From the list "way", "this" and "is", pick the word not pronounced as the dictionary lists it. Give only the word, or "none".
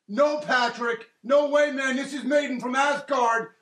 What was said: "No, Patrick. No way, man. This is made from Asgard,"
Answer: none